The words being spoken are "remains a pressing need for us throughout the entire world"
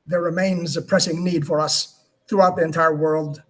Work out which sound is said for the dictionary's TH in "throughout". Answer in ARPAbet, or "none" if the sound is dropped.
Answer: TH